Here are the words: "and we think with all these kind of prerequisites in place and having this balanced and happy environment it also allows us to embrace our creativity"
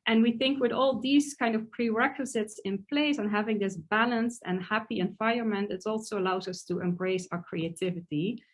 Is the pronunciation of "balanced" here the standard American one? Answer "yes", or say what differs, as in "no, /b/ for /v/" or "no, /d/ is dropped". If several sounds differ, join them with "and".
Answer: yes